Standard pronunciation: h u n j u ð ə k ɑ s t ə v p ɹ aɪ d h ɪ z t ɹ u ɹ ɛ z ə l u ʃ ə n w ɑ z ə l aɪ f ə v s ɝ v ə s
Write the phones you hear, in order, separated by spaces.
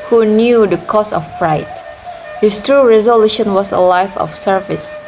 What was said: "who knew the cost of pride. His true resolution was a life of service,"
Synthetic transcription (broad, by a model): h u n j u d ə k ɑ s ə f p ɹ aɪ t h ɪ s t ɹ u ɹ ɛ z ə l u ʃ ə n w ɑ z ə l aɪ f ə f s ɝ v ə s